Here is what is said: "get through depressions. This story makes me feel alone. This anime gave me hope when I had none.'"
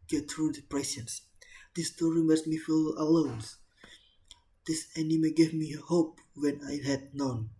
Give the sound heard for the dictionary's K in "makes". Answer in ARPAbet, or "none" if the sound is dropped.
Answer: none